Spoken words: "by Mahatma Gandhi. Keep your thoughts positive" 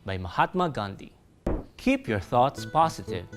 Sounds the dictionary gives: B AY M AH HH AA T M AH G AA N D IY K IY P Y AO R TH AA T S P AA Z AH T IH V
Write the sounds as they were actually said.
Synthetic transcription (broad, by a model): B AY M AH HH AA T M AH G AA N D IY K IY P Y AO R TH AA T S P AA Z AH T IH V